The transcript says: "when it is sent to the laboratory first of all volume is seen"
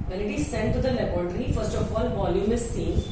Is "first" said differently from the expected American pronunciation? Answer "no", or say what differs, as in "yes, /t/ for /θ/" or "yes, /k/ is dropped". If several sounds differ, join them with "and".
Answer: no